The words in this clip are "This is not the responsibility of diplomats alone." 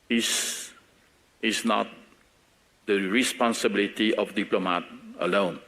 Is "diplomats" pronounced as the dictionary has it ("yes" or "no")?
no